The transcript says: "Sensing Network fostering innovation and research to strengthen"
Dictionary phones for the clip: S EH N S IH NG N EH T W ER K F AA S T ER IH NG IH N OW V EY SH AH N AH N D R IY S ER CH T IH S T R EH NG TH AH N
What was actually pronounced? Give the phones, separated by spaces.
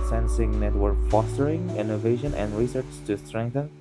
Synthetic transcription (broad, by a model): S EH N S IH NG N EH T W ER K F AA S T ER IH NG IH N OW V EY SH AH N AH N D R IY S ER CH T IH S T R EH NG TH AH N